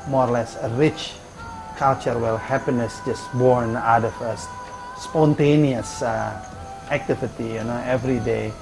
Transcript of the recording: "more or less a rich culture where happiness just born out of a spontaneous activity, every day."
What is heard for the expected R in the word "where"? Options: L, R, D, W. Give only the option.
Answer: L